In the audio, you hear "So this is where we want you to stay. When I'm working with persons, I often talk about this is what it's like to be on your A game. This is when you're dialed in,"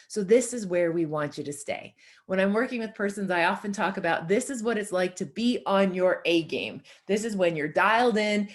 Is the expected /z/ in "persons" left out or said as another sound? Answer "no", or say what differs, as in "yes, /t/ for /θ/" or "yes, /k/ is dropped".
no